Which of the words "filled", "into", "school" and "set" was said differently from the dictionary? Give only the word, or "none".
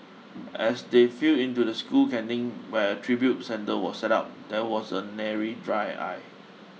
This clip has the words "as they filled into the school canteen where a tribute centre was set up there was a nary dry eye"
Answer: filled